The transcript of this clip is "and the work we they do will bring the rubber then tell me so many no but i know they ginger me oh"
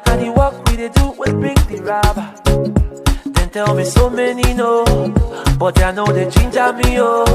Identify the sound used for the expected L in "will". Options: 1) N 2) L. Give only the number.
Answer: 1